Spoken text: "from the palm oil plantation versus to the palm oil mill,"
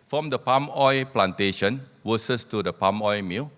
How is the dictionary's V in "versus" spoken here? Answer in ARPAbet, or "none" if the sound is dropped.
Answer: W